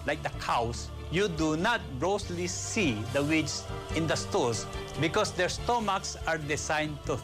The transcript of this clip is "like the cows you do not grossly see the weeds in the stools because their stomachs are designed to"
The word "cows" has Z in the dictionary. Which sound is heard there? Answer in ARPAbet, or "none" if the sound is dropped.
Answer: S